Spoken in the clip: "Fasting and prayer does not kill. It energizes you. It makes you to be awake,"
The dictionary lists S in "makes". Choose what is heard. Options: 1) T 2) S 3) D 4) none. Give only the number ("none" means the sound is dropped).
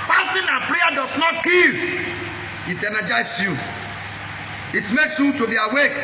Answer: 2